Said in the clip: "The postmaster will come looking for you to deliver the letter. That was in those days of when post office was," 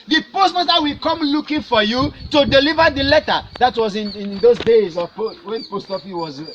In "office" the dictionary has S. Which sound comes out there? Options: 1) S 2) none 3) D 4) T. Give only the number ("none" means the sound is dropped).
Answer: 2